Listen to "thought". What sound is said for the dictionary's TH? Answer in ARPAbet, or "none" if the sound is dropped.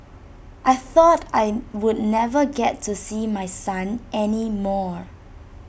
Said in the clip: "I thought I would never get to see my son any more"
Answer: TH